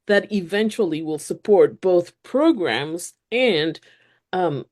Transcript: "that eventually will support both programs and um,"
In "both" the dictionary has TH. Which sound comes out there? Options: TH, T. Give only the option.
TH